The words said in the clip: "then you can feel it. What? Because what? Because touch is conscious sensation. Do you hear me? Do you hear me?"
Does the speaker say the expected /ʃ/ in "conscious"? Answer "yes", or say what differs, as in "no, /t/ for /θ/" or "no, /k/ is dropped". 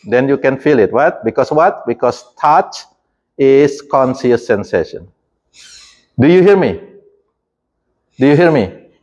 no, /s/ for /ʃ/